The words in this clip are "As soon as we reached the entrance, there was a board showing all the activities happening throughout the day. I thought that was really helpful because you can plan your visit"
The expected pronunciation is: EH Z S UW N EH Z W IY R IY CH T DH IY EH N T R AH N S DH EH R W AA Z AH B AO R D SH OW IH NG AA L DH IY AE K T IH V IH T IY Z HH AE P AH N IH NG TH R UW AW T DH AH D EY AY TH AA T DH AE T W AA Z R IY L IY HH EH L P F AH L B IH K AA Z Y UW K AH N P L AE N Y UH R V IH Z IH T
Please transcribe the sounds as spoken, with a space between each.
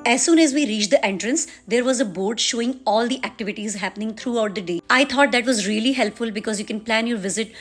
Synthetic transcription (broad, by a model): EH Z S UW N EH Z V IY R IY CH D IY EH N T R AH N S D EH R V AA Z AH B AO R D SH OW IH NG AA L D IY AE K T IH V IH T IY Z HH AE P AH N IH NG T R UW AW T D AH D EY AY T AA T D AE T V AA Z R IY L IY HH EH L P F AH L B IH K AA Z Y UW K AH N P L AE N Y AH R V IH Z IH T